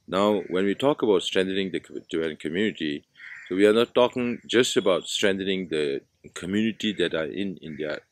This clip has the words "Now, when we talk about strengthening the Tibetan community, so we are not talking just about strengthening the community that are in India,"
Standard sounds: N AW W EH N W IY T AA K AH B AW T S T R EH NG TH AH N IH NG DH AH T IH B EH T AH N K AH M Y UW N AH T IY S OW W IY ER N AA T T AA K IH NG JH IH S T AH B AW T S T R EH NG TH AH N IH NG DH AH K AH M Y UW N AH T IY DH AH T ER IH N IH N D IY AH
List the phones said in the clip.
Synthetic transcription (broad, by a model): N AW W EH N W IY T AA K AH B AW T S T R EH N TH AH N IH NG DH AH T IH EH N K AH M Y UW N AH T IY S OW W IY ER N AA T T AA K IH NG JH IH S T AH B AW T S T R EH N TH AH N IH NG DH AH K AH M Y UW N AH T IY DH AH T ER IH N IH N D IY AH